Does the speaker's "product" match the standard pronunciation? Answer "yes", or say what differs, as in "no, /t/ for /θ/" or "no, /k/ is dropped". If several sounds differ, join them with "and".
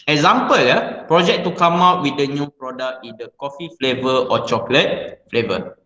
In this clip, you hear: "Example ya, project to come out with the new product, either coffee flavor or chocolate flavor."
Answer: no, /t/ is dropped